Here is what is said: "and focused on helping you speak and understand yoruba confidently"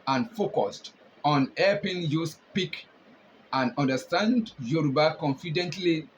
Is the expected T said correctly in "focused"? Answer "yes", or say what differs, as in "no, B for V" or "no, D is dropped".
yes